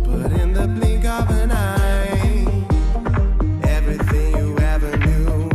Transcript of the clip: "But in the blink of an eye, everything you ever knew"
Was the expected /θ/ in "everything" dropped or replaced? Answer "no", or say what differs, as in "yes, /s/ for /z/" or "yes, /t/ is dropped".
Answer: no